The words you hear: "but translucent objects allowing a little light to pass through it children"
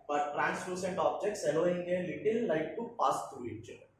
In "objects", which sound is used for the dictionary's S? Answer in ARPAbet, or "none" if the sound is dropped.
S